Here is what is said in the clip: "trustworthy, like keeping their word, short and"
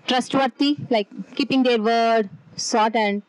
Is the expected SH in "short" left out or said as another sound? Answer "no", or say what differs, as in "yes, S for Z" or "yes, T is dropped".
yes, S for SH